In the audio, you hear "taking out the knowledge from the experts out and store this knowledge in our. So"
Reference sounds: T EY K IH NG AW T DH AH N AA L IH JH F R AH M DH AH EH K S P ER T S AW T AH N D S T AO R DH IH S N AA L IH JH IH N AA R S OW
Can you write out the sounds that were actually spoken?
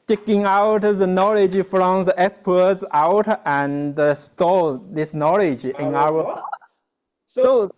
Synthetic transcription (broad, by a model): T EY K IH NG AW T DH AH N AA L IH JH F R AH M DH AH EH K S P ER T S AW T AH N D S T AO L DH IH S N AA L IH JH IH N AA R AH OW